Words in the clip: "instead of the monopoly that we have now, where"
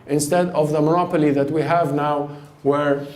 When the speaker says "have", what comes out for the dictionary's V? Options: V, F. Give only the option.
V